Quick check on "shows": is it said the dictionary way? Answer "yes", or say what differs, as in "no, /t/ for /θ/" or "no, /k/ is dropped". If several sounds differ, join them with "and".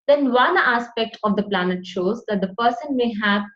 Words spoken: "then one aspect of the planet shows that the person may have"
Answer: yes